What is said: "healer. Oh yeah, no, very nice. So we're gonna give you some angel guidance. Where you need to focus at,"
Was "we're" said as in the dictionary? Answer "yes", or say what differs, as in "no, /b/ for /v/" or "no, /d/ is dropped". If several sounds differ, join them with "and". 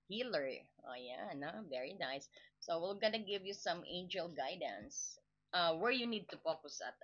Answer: no, /l/ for /ɹ/